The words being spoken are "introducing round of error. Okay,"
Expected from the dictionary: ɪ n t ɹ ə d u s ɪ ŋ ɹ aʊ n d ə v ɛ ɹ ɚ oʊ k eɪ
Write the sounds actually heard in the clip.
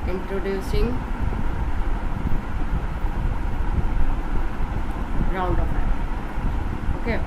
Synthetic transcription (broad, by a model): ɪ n t ɹ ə d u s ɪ ŋ ɹ aʊ n d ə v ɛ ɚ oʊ k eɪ